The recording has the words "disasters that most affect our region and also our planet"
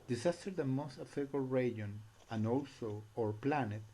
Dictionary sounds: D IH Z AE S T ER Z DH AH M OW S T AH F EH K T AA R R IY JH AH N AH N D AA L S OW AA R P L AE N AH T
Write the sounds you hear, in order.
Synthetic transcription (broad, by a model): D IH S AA S T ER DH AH M OW S T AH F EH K AA L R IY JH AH N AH N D AA L S OW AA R P L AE N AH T